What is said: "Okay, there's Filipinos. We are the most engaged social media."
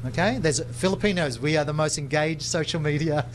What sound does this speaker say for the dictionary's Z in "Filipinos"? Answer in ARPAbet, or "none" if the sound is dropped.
Z